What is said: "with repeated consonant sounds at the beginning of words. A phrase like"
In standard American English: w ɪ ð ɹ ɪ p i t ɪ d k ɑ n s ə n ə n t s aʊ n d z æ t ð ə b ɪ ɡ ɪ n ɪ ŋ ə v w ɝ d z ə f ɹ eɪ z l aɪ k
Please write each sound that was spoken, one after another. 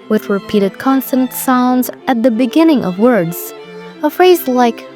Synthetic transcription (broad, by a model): w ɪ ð ɹ ɪ p i t ɪ d k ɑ n s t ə n t s aʊ n d z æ t ð ə b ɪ ɡ ɪ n ɪ ŋ ə v w ɝ d z ə f ɹ eɪ z l aɪ k